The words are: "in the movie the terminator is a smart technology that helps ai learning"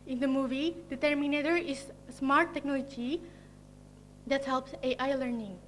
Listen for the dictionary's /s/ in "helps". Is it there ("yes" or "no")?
yes